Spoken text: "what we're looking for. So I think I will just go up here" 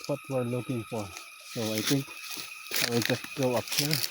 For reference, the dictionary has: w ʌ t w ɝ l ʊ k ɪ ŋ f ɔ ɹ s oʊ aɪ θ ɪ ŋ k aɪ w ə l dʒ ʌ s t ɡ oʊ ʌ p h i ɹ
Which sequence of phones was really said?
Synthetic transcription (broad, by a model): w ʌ t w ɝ l ʊ k ɪ ŋ f ɔ ɹ s oʊ aɪ t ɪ ŋ k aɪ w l dʒ ʌ s t ɡ oʊ ʌ p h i ɹ